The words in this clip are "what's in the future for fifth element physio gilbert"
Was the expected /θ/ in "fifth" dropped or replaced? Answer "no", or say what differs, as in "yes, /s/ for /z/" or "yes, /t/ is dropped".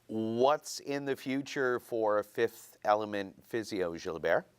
no